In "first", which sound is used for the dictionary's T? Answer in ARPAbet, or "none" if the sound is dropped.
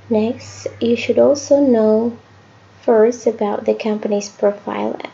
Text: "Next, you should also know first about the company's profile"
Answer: none